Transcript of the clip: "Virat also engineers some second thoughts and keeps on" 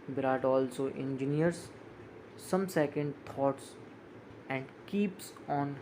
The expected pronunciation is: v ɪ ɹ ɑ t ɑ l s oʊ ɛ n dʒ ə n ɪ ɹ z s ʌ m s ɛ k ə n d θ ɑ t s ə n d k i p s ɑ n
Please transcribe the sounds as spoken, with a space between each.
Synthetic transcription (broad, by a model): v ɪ ɹ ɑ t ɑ l s oʊ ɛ n dʒ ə n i ɹ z s ʌ m s ɛ k ə n d t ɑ t s ə n d k i p s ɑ n